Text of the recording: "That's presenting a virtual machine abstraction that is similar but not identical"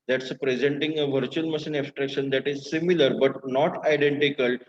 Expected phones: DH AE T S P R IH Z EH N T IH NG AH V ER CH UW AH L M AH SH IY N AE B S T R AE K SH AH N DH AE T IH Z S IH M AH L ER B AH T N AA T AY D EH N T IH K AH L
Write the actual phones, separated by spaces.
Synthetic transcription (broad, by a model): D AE T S P R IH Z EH N T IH NG AH V ER CH UW AH L M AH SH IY N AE S T R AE K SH AH N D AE T IH Z S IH M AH L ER B AH T N AA T AY D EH N T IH K AH L